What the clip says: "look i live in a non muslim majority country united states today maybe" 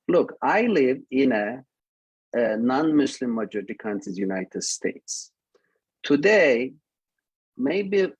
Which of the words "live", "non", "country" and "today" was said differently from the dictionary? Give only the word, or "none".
country